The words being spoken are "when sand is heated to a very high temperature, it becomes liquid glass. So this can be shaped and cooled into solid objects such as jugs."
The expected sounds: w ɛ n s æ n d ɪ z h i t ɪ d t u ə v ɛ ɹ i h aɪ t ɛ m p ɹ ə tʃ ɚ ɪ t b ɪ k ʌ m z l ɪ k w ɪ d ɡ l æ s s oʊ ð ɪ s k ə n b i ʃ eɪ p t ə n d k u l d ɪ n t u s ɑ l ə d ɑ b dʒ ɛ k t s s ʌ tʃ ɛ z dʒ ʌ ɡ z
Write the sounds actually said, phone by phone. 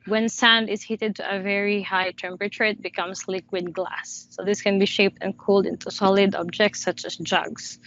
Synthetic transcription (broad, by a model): w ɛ n s æ n d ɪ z h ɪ t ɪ d t u ə v ɛ ɹ i h aɪ t ɛ m p ɹ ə tʃ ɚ ɪ t b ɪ k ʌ m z l ɪ k w ɪ d ɡ l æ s s oʊ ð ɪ s k ə n b i ʃ eɪ p t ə n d k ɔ l d ɪ n t u s ɑ l ə d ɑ b dʒ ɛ k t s s ʌ tʃ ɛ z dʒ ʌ ɡ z